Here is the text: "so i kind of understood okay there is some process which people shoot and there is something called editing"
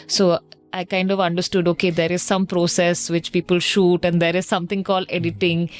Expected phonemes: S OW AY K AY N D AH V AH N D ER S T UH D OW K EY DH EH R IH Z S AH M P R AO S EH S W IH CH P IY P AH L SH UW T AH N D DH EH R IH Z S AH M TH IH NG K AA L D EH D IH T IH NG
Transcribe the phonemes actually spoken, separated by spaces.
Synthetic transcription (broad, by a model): S OW AY K AY N D AH V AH N D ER S T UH D OW K EY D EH R IH Z S AH M P R AO S EH S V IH CH P IY P AH L SH UW T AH N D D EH R IH Z S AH M T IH NG K AA L D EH D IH T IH NG